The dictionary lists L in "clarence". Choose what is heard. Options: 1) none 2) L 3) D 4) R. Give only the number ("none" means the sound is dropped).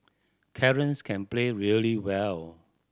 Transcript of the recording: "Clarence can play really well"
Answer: 1